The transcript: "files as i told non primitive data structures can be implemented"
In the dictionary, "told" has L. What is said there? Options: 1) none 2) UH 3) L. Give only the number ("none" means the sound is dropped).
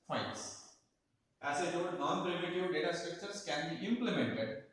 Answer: 1